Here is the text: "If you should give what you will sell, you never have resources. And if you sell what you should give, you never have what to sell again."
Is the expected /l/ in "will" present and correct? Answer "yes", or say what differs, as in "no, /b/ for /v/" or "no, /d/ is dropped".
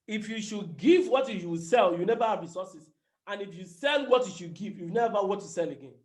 no, /w/ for /l/